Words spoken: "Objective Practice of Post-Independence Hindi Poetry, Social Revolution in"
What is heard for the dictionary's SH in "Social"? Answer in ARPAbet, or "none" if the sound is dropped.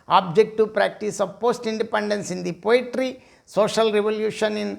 SH